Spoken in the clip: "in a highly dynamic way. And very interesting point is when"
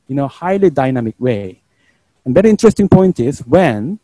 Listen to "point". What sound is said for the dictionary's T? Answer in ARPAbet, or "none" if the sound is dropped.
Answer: T